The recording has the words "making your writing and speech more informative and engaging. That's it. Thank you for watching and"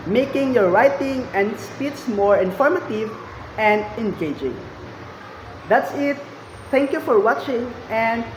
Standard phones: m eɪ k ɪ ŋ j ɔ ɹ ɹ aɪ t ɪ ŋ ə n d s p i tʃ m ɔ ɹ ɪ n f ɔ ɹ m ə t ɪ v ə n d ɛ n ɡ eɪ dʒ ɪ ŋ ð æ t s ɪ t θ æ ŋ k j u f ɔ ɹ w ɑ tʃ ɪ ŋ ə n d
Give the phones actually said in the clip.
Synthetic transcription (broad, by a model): m eɪ k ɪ ŋ j ɔ ɹ ɹ aɪ t ɪ ŋ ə n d s p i s m ɔ ɹ ɪ n f ɔ ɹ m ə t ɪ v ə n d ɛ n ɡ eɪ dʒ ɪ ŋ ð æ t s ɪ t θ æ ŋ k j u f ɔ ɹ w ɑ tʃ ɪ ŋ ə n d